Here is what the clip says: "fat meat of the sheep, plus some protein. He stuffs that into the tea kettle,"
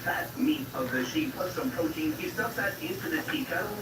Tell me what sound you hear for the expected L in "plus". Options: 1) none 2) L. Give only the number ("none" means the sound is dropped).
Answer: 1